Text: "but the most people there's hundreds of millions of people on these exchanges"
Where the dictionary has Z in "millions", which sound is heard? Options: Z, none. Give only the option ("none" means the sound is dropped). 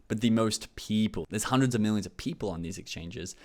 Z